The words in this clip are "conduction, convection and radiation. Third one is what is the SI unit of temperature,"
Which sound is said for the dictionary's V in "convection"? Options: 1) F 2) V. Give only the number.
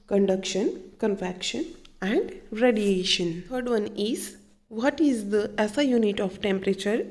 1